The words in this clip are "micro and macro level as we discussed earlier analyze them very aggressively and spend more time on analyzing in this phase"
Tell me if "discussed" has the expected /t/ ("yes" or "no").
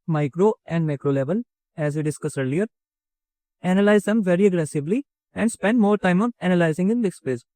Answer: no